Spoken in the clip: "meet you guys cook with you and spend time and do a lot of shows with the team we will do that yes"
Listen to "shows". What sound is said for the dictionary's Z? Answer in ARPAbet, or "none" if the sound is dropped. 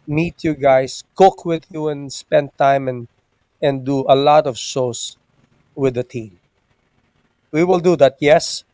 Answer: S